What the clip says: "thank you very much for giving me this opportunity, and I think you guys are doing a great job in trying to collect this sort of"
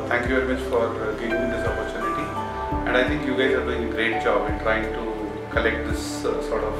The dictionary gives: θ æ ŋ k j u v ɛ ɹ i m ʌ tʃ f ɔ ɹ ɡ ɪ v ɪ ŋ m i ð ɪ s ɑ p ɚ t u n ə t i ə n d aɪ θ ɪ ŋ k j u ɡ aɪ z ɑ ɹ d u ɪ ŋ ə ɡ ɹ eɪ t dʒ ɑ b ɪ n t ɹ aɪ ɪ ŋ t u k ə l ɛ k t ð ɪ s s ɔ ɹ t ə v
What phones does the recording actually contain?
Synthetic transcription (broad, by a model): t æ ŋ k j u v ɛ ɹ i m ʌ tʃ f ɔ ɹ ɡ ɪ v ɪ ŋ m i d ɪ s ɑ p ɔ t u n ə t i ə n d aɪ t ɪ ŋ k j u ɡ aɪ z ɑ ɹ d u ɪ ŋ ə ɡ ɹ eɪ t dʒ ɑ b ɪ n t ɹ aɪ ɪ ŋ t u k ə l ɛ k t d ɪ s s ɔ ɹ t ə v